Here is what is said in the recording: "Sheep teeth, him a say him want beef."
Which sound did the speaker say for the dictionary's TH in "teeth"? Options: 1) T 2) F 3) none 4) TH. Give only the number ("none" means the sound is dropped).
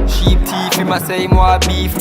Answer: 2